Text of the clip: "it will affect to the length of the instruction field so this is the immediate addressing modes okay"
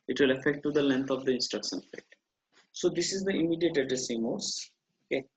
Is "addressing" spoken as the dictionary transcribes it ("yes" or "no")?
no